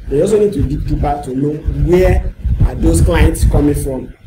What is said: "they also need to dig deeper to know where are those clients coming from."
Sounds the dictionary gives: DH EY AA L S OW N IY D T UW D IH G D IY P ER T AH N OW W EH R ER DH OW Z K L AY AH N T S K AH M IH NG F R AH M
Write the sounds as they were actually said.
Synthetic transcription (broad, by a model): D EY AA S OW N IY D T UW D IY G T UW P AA T AH N OW W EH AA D OW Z K L AY AH N T S K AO M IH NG F R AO M